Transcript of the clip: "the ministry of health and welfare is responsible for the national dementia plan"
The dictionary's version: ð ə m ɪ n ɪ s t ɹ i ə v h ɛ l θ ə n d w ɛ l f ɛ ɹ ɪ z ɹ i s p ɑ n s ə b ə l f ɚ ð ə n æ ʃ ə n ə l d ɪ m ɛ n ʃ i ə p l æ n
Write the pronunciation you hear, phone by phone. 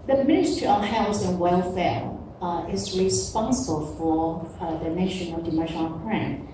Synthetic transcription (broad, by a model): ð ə m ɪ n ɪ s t i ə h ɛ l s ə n w ɛ l f ɛ ɹ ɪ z ɹ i s p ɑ n s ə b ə l f ɚ ð ə n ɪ ʃ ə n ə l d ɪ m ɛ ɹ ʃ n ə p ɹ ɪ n